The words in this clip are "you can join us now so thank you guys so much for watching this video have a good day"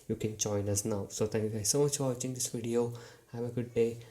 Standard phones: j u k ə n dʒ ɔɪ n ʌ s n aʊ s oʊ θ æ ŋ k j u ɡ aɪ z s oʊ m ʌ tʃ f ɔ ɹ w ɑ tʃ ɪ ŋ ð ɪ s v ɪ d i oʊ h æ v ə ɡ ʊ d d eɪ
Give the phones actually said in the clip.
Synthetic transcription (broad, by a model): j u k ə n dʒ ɔɪ n ʌ s n aʊ s oʊ t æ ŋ k j u ɡ aɪ z s oʊ m ʌ tʃ f ɔ ɹ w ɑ tʃ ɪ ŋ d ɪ s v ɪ d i oʊ h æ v ə ɡ ʊ d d eɪ